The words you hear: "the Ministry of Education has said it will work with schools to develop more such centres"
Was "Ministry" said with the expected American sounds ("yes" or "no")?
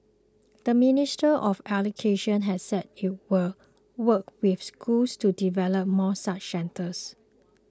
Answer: no